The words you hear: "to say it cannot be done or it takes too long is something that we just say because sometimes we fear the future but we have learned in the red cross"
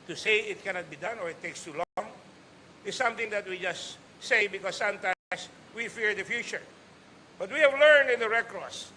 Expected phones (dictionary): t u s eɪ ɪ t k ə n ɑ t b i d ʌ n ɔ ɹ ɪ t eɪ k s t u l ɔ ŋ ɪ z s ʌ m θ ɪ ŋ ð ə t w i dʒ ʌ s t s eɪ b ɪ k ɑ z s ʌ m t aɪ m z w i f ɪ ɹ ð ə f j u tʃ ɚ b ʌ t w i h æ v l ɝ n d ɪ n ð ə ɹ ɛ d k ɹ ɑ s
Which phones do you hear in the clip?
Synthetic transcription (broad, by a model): t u s eɪ ɪ t k ə n ɑ t b i d ʌ n ɔ ɹ ɪ t eɪ k s t u l ɔ ŋ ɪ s s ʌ m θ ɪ ŋ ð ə t w i dʒ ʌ s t s eɪ b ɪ k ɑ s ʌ m t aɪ m s w i f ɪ ɹ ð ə f j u tʃ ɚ b ʌ t w i h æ v l ɝ n d ɪ n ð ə ɹ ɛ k ɹ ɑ s